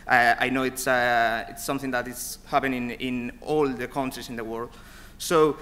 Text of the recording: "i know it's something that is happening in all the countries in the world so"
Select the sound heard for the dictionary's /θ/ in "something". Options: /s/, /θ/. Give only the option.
/θ/